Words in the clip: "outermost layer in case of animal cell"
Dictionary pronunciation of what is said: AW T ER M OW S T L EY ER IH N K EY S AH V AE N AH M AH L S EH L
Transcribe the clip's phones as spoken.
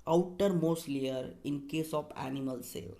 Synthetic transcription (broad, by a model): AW T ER M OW S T L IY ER IH N K EY S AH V AE N AH M AH L S EH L